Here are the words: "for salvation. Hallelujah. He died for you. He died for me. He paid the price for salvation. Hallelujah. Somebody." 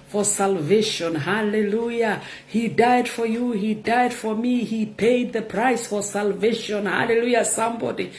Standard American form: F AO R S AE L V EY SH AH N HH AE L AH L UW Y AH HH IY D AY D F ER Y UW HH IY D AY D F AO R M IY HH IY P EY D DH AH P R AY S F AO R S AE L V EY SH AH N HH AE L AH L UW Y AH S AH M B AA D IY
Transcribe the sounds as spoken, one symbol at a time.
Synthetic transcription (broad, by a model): F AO R S AE L V EY SH AH N HH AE L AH L UW Y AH HH IY D AY D F ER Y UW HH IY D AY D F AO R M IY HH IY P EY D DH AH P R AY S F AO R S AE L V EY SH AH N HH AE L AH L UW Y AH S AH M B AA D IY